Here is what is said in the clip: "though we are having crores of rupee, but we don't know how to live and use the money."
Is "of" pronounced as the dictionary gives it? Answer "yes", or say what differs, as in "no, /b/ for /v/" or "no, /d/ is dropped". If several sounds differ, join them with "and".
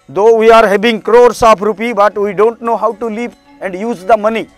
no, /p/ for /v/